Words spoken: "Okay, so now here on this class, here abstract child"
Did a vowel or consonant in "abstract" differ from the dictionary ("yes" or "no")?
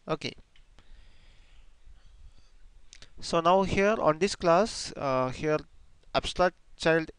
yes